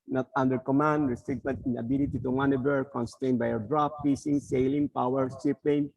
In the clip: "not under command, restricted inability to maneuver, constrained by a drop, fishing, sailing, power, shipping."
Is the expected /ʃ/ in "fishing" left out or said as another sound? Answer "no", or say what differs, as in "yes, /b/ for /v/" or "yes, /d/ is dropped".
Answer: yes, /s/ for /ʃ/